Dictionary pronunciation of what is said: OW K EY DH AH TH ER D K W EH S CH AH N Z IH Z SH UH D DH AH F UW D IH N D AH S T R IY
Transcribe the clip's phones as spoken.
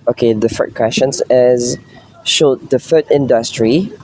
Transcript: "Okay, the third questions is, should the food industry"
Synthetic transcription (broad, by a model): OW K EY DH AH F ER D K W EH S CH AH N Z IH Z SH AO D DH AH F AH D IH N D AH S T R IY